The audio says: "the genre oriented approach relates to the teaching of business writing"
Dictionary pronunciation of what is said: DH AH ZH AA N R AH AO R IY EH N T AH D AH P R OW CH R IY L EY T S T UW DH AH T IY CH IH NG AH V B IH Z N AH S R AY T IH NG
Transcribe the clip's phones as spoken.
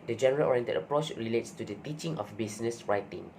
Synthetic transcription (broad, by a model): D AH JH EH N R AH AO R IY EH N T AH D AH P R OW CH R IY L EY T S T UW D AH T IY CH IH NG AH F B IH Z N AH S R AY T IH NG